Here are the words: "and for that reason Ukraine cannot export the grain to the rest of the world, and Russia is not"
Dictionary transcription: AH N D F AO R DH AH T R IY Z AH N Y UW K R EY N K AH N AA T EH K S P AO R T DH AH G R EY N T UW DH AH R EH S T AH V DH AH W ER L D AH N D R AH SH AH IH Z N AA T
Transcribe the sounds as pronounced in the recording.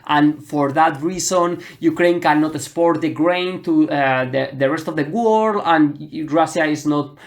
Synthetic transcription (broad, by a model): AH N F AO R DH AH T R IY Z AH N Y UW K R EY N K AH N AA T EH S P AO R T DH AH G R EY N T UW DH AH R EH S T AH V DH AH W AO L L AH N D R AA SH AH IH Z N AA T